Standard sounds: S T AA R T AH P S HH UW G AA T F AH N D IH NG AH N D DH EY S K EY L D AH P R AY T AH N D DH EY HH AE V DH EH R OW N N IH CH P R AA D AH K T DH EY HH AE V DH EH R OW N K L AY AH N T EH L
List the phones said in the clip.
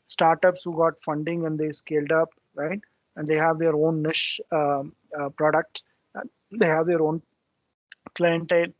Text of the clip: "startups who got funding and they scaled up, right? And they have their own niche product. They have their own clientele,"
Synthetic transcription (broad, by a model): S T AA R T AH P S HH UW G AA T F AH N D IH NG AH N D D EY S K EY L D AH P R AY T AH N D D EY HH AE V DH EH R OW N N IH SH P R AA D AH K T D EY HH AE V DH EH R OW N K L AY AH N T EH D